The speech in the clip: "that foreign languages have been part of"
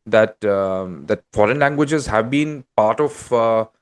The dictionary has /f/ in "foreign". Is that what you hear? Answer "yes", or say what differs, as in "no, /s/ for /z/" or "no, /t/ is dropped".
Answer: yes